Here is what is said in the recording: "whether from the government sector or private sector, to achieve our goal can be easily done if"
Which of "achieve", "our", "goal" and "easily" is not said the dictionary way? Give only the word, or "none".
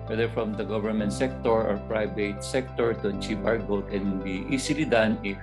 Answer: easily